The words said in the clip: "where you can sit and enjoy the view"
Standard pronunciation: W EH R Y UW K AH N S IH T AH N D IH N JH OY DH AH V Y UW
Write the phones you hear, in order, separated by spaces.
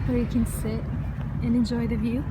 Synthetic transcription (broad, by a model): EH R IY K AH N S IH AH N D IH N JH OY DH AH V Y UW